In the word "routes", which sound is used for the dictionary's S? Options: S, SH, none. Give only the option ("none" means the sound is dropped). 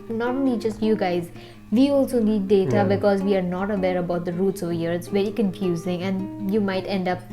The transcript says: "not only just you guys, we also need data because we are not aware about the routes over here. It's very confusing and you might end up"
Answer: S